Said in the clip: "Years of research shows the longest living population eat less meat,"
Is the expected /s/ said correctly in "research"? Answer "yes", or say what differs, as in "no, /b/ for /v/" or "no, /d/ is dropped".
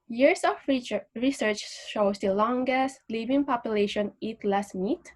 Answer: yes